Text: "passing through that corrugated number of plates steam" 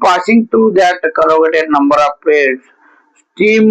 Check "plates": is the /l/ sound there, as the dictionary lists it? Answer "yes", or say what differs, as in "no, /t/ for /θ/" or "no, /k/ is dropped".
no, /l/ is dropped